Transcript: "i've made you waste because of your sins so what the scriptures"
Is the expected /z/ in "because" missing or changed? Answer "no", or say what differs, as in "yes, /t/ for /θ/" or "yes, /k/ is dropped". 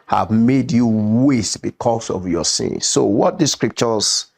yes, /s/ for /z/